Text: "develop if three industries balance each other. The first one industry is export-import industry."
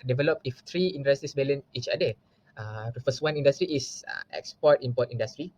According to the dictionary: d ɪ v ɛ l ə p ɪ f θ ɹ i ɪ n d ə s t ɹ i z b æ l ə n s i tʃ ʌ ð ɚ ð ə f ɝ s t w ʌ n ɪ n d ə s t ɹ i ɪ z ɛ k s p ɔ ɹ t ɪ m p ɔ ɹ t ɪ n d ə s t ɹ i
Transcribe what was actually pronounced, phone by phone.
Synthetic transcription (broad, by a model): d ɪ v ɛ l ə p ɪ f t ɹ i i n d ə s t i s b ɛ l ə n i tʃ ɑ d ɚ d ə f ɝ s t w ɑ n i n d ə s t ɹ i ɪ s ɛ k s p ɔ t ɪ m p ɔ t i n d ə s t ɹ i